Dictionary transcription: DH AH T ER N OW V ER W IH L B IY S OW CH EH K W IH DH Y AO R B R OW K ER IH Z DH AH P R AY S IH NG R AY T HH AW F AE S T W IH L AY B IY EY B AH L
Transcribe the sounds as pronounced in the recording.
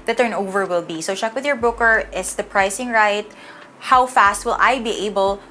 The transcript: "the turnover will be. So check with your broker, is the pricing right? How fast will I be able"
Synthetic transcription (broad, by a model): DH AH T ER N OW V ER W IH L B IY S OW CH EH K W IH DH Y AO R B UH K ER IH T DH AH P R AY S IH NG R AY T HH AW F AE S T W IH L AY B IY EY B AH L